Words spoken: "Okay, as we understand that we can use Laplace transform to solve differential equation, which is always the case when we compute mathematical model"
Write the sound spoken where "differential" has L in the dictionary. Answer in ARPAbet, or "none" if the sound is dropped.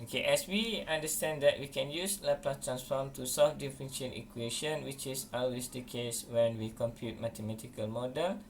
N